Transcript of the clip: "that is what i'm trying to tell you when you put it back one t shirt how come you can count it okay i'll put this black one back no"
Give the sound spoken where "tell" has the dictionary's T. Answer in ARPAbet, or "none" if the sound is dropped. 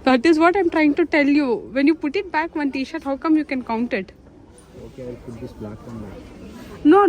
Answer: T